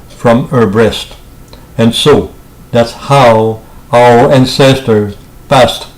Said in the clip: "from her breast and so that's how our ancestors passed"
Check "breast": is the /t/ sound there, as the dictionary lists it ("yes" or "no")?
yes